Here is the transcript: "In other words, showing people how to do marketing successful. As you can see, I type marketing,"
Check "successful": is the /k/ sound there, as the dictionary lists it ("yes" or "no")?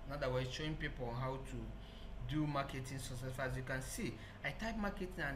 no